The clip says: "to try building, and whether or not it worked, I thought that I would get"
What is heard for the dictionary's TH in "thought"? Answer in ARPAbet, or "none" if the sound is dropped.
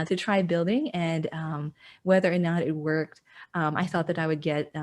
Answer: TH